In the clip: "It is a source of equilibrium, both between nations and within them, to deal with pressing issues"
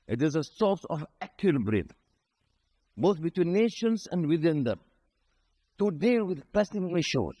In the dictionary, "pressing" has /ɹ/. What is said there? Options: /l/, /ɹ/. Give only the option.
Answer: /l/